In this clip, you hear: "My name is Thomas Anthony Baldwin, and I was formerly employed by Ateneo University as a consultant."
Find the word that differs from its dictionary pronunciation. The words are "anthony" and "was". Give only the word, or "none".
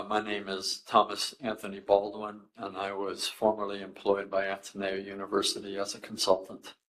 none